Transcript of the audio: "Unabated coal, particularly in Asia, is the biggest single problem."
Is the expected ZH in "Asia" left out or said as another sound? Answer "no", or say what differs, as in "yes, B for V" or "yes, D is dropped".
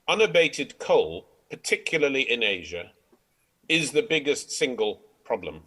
no